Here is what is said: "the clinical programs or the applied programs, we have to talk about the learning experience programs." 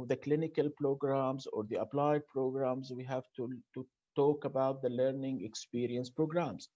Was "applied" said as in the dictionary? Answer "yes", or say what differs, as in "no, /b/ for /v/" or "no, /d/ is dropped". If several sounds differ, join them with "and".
yes